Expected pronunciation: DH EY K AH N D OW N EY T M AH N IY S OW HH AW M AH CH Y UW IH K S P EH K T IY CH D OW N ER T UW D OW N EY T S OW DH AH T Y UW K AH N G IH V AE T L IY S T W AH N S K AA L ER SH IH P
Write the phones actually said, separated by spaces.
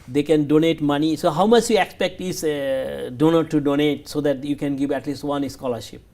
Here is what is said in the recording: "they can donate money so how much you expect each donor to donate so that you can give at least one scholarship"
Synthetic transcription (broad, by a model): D EY K AH N D OW N EY T M AH N IY S OW HH AW M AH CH Y UW IH K S P EH K T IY S D OW N ER T UW D OW N EY T S OW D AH T Y UW K AH N G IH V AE T L IY S T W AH N S K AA L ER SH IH P